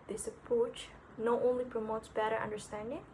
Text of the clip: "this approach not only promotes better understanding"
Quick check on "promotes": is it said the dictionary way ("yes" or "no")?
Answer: yes